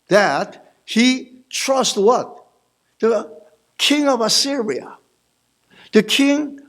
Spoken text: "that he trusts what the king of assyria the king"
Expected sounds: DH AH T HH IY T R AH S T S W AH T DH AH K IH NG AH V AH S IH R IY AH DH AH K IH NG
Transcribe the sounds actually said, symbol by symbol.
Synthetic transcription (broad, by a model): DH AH T HH IY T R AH S T W AH T DH AH K IH NG AH V AH S IH R IY AH DH AH K IH NG